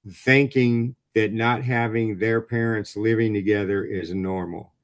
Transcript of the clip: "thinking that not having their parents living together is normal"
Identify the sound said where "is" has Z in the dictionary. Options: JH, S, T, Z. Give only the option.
Z